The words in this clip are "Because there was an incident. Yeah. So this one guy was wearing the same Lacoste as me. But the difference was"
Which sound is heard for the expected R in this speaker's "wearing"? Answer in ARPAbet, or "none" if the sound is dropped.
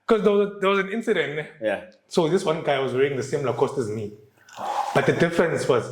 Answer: none